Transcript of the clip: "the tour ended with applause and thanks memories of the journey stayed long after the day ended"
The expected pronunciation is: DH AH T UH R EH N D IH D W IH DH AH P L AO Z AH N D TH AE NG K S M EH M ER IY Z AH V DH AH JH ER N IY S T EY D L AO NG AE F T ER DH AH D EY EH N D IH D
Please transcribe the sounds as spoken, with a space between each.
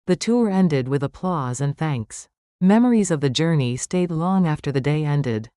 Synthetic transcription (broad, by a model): DH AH T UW R EH N D IH D W IH DH AH P L AO Z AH N TH AE NG K S M EH M ER IY Z AH V DH AH JH ER N IY S T EY D L AO NG AE F T ER DH AH D EY EH N D IH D